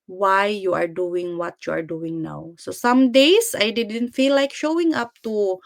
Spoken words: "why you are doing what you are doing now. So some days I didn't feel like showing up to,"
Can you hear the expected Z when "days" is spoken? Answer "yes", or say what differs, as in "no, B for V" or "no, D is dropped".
no, S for Z